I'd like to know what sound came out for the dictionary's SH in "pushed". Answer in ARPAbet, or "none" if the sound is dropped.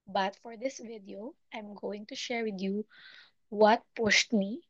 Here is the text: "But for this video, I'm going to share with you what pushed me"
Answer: S